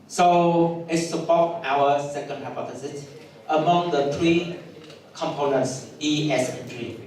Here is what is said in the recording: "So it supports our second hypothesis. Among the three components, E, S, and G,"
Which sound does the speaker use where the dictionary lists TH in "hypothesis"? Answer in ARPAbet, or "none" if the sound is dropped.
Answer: F